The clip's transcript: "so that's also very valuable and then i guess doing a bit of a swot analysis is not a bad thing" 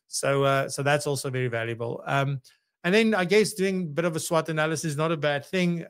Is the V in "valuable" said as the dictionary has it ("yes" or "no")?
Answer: yes